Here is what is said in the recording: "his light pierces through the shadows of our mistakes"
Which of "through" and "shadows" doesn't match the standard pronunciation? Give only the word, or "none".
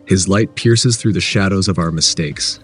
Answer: none